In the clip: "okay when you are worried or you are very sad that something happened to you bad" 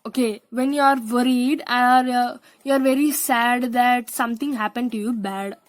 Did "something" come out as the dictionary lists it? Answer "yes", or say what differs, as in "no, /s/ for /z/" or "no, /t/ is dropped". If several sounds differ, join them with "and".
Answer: no, /t/ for /θ/